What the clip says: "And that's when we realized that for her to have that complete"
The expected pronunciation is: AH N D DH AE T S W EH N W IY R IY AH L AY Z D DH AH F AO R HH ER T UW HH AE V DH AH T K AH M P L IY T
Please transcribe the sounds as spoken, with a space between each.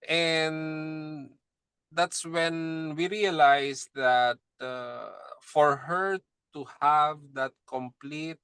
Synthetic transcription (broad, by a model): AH N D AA T S W EH N W IY R IY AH L AY S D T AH F AO R HH ER T UW HH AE V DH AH T K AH M P L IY T